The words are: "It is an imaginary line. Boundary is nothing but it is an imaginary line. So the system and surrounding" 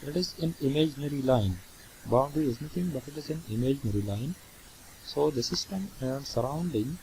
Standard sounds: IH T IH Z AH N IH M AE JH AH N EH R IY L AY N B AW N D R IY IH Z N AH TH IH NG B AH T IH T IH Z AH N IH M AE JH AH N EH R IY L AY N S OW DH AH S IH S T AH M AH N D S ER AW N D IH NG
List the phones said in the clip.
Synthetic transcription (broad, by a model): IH T IH Z AH N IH M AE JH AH N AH R IY L AY N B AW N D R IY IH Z N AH T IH NG B AH T IH T IH Z AH N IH M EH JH N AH R IY L AY N S OW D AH S IH S T AH M AH N D S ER AW N D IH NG